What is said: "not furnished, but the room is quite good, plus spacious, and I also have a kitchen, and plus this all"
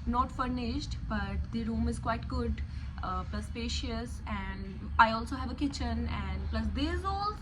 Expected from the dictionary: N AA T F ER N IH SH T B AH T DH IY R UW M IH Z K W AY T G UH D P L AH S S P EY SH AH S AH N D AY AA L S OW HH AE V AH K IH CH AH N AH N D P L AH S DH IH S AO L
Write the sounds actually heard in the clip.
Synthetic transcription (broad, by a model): N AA T F ER N IH SH T B AH T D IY R UW M IH Z K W AY T G UH D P L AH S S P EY SH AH S AH N D AY AA L S OW HH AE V AH K IH CH AH N AH N D P L AH S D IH AO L